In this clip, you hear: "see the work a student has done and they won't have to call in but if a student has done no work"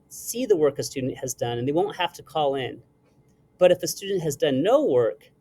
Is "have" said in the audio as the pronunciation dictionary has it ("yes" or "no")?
no